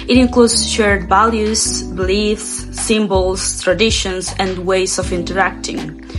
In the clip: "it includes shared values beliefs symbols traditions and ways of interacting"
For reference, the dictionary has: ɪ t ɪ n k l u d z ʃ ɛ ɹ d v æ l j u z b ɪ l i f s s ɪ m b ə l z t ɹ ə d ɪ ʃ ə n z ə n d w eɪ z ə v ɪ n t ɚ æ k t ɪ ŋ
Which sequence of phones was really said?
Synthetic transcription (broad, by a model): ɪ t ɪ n k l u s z ʃ ɛ ɹ d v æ l j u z b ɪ l i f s s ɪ m b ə l s t ɹ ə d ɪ ʃ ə n s ə n d w eɪ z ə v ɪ n t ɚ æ k t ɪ ŋ